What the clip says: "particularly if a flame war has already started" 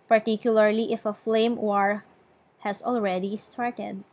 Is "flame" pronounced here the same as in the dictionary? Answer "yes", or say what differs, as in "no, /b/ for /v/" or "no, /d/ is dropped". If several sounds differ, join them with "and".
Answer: yes